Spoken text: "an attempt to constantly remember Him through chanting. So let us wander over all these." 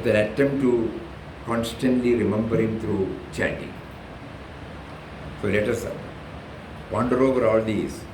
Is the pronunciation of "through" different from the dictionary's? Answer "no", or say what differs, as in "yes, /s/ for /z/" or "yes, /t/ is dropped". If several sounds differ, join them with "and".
yes, /t/ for /θ/